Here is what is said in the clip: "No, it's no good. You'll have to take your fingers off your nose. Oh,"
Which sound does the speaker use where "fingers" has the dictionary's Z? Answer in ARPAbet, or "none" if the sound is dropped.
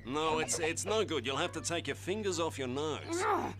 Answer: Z